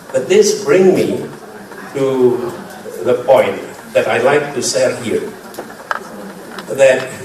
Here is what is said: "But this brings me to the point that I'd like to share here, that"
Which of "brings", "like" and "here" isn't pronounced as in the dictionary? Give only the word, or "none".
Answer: brings